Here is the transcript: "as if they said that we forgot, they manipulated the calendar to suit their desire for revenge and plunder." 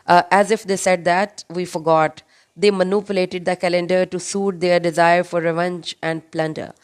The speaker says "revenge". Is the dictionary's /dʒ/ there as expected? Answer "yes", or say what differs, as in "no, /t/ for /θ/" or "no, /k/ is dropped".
yes